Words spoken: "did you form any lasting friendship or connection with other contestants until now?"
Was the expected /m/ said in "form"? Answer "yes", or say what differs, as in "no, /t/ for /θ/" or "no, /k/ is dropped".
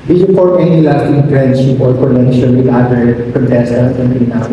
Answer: no, /m/ is dropped